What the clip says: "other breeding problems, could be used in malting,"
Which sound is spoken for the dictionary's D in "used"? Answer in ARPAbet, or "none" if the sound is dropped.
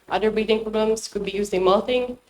none